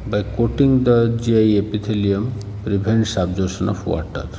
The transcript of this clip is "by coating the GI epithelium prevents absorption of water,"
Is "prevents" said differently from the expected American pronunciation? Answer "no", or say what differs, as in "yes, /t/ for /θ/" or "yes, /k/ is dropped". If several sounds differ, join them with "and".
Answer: yes, /b/ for /v/